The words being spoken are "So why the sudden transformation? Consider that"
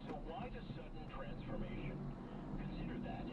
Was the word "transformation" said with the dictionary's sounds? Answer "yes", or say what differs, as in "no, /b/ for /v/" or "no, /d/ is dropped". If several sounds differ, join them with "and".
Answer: yes